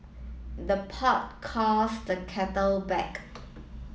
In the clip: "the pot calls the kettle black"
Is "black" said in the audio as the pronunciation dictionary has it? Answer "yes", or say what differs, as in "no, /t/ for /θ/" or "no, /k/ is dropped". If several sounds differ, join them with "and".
no, /l/ is dropped